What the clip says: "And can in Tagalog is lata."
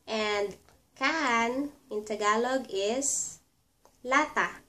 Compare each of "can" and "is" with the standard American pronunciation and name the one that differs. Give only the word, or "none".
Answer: is